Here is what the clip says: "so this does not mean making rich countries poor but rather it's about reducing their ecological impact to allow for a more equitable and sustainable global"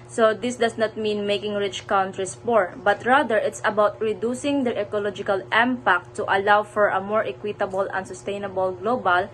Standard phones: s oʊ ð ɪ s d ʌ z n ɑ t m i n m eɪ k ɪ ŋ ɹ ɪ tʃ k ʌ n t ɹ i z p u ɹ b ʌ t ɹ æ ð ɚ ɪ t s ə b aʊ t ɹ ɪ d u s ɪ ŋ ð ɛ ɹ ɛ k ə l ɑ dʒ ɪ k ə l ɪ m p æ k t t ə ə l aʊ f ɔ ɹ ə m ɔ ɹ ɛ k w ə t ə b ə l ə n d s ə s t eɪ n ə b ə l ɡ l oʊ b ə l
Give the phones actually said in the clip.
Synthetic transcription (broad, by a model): s oʊ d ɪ s d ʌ s n ɑ t m i n m eɪ k ɪ ŋ ɹ ɪ tʃ k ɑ n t ɹ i s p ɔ ɹ b ʌ t ɹ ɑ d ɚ ɪ t s ə b aʊ t ɹ ɪ d u s ɪ ŋ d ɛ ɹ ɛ k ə l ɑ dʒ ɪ k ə l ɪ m p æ k t t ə ə l aʊ f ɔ ɹ ə m ɔ ɹ ɛ k w ə t ə b ə l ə n s ə s t eɪ n ə b ə l ɡ l oʊ b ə l